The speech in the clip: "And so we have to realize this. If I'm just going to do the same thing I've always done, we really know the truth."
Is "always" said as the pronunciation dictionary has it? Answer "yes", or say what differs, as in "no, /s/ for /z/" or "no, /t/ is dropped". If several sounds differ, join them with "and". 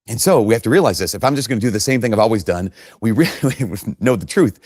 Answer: yes